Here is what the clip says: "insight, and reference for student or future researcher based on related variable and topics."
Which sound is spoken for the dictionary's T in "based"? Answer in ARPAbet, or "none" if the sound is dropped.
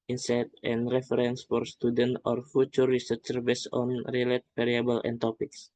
none